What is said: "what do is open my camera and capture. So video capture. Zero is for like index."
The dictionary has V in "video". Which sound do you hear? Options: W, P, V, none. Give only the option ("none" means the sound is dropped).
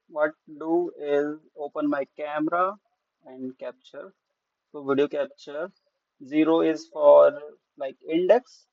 V